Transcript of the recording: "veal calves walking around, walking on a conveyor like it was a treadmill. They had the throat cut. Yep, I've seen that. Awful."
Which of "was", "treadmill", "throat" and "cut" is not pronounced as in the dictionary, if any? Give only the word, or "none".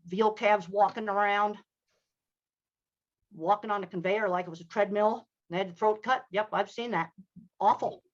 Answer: none